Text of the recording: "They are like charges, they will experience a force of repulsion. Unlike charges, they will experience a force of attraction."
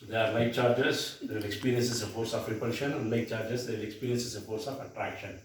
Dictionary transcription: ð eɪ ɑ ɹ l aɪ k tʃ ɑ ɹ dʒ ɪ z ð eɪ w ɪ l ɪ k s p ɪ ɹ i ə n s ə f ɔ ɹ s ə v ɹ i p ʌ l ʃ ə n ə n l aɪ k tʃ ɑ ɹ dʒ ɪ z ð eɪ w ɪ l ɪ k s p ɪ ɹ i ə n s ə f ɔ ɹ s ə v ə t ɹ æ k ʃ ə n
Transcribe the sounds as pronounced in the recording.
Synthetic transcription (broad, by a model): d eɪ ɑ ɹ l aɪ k tʃ ɑ ɹ dʒ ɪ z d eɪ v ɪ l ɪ k s p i ɹ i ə n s ə p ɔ ɹ s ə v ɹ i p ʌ ʃ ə n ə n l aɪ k tʃ ɑ ɹ dʒ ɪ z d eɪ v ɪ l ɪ k s p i ɹ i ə n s ə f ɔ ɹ s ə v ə t ɹ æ k ʃ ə n